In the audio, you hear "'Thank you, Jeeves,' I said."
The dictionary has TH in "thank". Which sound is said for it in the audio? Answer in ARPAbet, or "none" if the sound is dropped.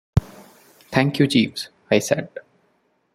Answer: T